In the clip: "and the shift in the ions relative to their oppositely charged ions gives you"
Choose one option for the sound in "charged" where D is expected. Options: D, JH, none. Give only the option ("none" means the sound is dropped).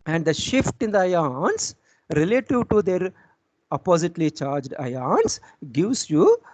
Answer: D